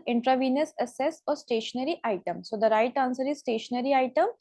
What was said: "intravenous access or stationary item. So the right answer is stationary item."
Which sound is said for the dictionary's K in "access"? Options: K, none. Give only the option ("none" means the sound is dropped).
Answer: none